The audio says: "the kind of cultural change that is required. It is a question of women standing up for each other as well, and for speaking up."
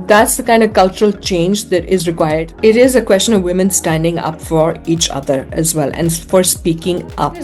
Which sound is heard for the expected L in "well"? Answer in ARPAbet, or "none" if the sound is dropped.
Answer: L